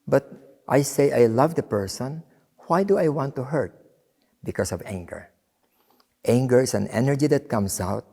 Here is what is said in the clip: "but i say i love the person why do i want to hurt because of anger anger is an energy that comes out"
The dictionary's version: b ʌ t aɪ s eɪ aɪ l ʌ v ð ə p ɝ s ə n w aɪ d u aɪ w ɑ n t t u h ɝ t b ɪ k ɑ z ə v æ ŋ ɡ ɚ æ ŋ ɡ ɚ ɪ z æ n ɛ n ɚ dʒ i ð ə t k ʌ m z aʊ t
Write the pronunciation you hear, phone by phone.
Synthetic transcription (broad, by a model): b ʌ t aɪ s eɪ aɪ l ʌ v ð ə p ɝ s ə n w aɪ d u aɪ w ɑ n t t u h ɝ t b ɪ k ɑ s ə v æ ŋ ɡ ɚ æ ŋ ɡ ɚ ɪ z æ n ɛ n ɚ dʒ i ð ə t k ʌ m s aʊ t